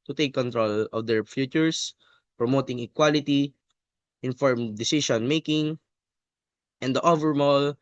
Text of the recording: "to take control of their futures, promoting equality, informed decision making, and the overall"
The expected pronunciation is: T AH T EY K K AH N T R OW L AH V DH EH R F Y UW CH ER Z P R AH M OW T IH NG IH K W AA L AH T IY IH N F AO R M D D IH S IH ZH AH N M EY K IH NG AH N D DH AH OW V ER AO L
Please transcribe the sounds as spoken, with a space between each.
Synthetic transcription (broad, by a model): T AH T EY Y K AH N T R OW L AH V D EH R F Y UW CH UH S P R AH M OW T IH NG IH K W AA L AH T IY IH N F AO R M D D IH S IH S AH N M EY K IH NG AH N D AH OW V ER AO L